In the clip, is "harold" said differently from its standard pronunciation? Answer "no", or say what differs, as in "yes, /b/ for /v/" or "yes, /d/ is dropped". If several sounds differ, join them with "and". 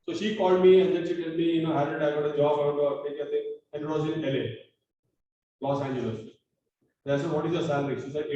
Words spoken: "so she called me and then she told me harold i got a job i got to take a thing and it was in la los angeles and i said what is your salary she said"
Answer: yes, /l/ is dropped